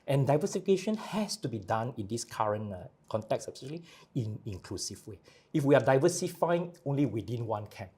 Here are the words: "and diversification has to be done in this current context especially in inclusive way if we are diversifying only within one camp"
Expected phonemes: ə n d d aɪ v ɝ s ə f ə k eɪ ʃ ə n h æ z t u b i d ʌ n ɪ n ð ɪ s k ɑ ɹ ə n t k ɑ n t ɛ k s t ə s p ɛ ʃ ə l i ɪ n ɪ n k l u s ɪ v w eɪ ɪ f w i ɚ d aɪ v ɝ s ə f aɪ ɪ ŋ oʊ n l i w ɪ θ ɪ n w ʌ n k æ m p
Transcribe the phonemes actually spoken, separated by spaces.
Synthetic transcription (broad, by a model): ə n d d aɪ v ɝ s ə f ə k eɪ ʃ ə n h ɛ s t u b i d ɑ n ɪ n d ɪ s k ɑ ɹ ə n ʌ k ɑ n t ɛ k s ə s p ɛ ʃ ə l i ɪ n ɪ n k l u s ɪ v w eɪ ɪ f w i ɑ d aɪ v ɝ s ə f aɪ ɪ ŋ oʊ n l i w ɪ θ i n w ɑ n k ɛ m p